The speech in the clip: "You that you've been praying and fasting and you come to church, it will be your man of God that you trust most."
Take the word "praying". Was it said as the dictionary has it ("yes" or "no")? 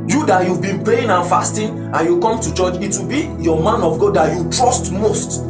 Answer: no